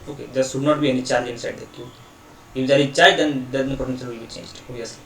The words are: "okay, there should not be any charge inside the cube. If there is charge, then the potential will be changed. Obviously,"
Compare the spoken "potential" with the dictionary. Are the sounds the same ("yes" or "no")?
no